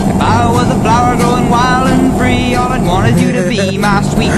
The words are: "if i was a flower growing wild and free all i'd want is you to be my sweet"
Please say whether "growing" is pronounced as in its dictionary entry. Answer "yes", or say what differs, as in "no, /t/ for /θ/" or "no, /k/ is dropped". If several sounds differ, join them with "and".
no, /ɹ/ is dropped